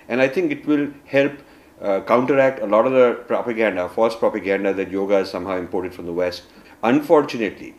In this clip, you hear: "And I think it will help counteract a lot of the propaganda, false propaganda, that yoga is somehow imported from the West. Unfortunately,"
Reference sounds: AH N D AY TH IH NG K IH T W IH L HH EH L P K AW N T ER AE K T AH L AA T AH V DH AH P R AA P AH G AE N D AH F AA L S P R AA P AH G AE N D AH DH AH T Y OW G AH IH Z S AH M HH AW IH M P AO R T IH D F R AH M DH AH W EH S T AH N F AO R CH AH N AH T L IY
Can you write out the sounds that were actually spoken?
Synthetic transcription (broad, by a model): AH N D AY T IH NG K IH T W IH L HH EH L P K AW N T ER AE K T AH L AA T AH V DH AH P R AA P AH G AE N D AH F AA S P R AA P AH G AE N D AH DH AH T Y OW G AH IH Z S AH M HH AW IH M P AO R T IH D F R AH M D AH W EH S T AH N F AO R CH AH N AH T L IY